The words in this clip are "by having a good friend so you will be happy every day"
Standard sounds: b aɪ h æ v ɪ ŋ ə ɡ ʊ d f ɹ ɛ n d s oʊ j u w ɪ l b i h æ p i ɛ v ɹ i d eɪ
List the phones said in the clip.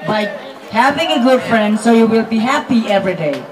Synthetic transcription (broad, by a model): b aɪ h æ v ɪ ŋ ə ɡ ʊ d f ɹ ɛ n d s oʊ j u w ɪ l b i h æ p i ɛ v ɹ i d eɪ